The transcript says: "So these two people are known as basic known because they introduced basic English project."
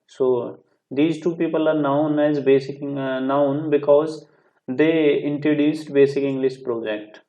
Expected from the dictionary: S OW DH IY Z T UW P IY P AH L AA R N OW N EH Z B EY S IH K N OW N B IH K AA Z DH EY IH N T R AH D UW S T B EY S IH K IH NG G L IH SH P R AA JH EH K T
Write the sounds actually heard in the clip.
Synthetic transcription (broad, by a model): S OW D IY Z T UW P IY P AH L AA R N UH N EH Z B EY S IH K N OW N B IH K AA Z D EY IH N T R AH D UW S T B EY S IH K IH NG G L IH S P R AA JH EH K T